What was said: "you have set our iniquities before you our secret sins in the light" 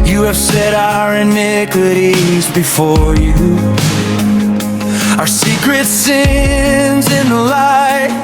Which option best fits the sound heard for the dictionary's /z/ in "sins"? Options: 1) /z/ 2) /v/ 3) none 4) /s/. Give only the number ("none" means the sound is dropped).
1